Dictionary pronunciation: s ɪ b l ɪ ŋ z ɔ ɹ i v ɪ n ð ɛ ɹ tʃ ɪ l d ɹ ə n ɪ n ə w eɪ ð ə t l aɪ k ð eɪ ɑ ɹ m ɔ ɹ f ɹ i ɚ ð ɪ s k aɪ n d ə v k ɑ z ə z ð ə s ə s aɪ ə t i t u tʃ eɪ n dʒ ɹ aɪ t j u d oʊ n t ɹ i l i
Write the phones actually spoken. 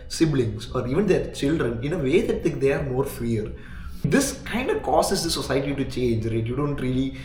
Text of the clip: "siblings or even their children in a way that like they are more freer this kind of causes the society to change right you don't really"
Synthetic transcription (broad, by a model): s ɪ b l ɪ ŋ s ɔ ɹ i v ɪ n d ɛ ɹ tʃ ɪ l d ɹ ə n ɪ n ə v eɪ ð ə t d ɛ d eɪ ɑ ɹ m ɔ ɹ f i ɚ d ɪ s k aɪ n d ə v k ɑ s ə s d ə s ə s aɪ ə t i t u tʃ eɪ n dʒ ɹ aɪ t j u d oʊ n t ɹ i l i